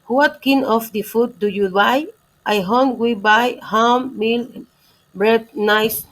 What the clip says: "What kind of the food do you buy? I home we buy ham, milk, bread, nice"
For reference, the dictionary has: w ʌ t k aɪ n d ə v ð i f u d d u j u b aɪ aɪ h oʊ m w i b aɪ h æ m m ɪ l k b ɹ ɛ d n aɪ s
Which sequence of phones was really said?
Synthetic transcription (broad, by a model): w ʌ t k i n ə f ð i f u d d u j u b aɪ aɪ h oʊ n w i b aɪ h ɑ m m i l b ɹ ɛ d n aɪ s